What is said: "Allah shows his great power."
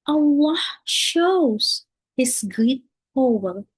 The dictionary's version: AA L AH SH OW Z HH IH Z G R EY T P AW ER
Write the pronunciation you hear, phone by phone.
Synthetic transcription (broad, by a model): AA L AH SH OW Z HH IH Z G R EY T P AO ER